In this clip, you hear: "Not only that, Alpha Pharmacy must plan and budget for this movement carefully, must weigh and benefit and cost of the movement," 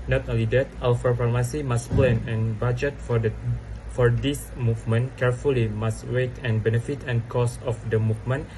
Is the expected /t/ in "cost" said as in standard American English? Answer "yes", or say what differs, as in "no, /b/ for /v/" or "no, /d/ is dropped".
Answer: no, /t/ is dropped